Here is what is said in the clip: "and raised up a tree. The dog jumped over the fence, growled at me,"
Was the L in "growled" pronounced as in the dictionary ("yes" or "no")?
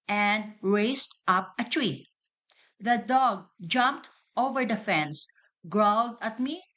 yes